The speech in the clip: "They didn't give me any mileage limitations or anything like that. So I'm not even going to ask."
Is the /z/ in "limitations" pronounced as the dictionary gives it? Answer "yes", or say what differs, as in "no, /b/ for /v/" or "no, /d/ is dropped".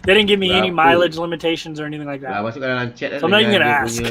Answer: yes